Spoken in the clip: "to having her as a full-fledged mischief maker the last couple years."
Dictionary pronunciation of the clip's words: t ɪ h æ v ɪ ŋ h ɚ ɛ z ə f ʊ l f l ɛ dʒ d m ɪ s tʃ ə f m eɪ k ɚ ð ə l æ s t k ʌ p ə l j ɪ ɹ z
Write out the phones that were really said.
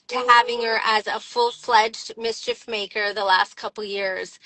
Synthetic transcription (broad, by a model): t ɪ h æ v ɪ ŋ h ɚ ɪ z ə f ʊ l f l ɛ dʒ d m ɪ s tʃ ə f m eɪ k ɚ ð ə l æ s t k ʌ p l j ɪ ɹ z